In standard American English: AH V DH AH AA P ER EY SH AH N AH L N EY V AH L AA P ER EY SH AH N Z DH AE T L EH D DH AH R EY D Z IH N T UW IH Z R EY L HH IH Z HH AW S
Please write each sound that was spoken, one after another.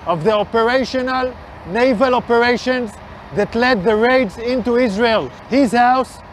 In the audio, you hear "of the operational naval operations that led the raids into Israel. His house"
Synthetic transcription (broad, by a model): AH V DH AH AA P ER EY SH AH N AH L N EY V AH L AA P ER EY SH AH N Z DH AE T L EH D DH AH R EY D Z IH N T UW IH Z R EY L HH IH Z HH AW S